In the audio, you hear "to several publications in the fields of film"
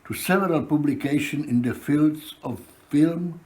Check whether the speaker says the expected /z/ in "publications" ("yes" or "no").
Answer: no